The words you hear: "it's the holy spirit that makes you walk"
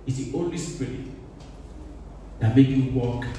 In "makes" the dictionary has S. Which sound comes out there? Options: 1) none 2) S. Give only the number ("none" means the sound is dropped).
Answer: 1